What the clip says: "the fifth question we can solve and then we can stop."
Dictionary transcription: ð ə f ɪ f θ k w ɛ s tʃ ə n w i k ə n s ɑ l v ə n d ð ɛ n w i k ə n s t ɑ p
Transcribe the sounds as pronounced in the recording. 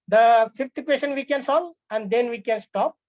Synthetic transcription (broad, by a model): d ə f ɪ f t k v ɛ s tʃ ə n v i k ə n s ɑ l ə n d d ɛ n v i k ə n s t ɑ p